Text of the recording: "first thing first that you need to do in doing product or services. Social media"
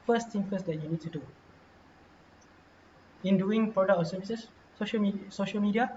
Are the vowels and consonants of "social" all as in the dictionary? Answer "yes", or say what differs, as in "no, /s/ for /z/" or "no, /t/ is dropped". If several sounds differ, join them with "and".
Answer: yes